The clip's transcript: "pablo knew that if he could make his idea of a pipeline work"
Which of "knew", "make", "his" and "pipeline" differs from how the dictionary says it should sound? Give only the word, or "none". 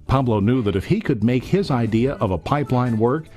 none